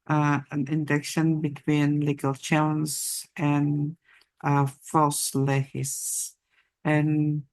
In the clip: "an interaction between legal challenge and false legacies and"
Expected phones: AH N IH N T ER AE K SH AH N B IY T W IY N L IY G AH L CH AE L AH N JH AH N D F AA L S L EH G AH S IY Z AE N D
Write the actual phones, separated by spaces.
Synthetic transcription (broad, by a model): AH N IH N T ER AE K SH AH N B IY T W IY N L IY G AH L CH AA AH N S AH N F AA L S L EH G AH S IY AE N